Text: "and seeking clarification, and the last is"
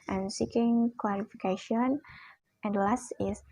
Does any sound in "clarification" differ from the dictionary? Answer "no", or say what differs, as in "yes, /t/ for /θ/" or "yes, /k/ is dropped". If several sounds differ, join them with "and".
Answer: yes, /w/ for /l/ and /l/ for /ɹ/